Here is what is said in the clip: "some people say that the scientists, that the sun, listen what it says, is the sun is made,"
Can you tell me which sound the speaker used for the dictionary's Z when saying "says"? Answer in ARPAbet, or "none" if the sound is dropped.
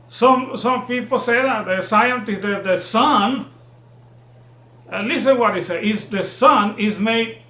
none